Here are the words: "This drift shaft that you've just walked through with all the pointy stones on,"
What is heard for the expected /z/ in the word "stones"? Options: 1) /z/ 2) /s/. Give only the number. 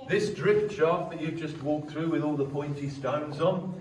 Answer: 1